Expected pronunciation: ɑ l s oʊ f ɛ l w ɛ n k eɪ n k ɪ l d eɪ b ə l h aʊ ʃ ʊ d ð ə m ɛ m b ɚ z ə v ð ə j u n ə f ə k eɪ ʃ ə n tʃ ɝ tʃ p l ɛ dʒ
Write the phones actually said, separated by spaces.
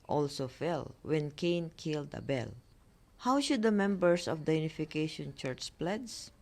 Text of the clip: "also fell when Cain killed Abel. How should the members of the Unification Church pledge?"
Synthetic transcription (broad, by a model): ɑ l s oʊ f ɛ l w ɛ n k eɪ n k ɪ l d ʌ b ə l h aʊ ʃ ʊ d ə m ɛ m b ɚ s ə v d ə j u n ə f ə k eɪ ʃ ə n tʃ ɝ tʃ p l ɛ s